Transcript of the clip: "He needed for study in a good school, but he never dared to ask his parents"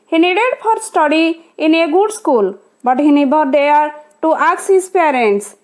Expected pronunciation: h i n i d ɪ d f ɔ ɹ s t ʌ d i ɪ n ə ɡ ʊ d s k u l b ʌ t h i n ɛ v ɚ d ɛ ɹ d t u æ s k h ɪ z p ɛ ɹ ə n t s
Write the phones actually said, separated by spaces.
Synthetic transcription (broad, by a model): h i n i d ɪ d p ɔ ɹ s t ʌ d i ɪ n ə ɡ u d s k u l b ʌ t h i n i b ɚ d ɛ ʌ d t u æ k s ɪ s p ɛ ɹ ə n t s